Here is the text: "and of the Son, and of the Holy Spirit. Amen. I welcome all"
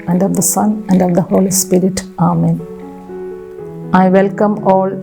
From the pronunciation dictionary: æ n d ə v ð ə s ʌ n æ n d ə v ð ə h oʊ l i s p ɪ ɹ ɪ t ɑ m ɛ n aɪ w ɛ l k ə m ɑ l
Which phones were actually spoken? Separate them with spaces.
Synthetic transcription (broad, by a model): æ n d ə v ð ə s ʌ n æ n d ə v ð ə h oʊ l i s p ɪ ɹ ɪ t ɑ m ɛ n aɪ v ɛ l k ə m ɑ l